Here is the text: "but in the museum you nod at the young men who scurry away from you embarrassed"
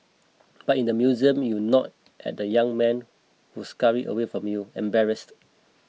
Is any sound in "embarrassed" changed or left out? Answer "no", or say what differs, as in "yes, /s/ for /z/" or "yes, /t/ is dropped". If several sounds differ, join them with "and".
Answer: no